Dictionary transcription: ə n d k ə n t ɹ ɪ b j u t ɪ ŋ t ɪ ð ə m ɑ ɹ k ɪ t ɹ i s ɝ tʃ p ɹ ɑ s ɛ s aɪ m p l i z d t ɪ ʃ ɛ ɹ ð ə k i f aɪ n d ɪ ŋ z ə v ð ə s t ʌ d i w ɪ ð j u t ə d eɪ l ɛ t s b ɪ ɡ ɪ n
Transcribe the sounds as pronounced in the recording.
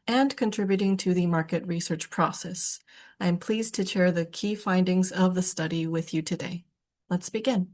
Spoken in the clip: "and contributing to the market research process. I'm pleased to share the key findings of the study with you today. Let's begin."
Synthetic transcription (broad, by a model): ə n k ə n t ɹ ɪ b j u t ɪ ŋ t ɪ ð ə m ɑ ɹ k ɪ t ɹ i s ɝ tʃ p ɹ ɑ s ɛ s aɪ m p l i z t ɪ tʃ ɛ ɹ ð ə k i f aɪ n d ɪ ŋ z ə v ð ə s t ʌ d i w ɪ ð j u t ə d eɪ l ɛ t s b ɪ ɡ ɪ n